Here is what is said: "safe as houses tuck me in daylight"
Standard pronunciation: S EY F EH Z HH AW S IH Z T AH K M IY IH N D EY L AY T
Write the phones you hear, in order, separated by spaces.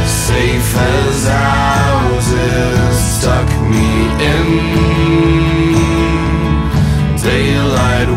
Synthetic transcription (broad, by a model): S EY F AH Z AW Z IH S T AH K M IY IH N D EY L AY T